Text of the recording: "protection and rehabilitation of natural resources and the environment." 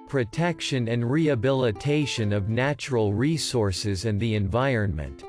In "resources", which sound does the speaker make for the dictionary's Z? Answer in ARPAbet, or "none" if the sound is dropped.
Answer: Z